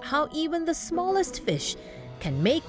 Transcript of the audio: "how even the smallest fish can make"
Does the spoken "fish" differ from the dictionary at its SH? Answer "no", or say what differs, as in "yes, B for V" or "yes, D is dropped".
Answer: no